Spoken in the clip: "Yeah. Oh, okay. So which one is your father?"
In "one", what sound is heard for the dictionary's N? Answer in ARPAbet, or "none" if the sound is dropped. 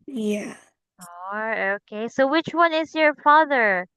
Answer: N